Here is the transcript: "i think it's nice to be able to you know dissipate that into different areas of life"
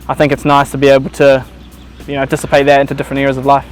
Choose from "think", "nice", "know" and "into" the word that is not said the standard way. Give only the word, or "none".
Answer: none